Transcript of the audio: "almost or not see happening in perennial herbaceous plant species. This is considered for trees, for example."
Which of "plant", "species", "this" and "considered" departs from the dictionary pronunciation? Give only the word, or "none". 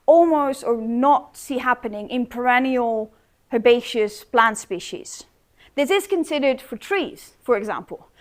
none